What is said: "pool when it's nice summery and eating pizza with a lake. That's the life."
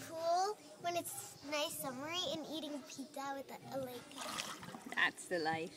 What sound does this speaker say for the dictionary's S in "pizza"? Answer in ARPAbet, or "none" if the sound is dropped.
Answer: none